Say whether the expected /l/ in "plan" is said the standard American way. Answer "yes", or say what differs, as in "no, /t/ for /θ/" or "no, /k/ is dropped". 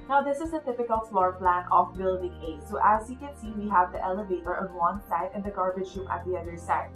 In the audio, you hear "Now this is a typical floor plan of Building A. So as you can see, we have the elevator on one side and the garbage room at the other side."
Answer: yes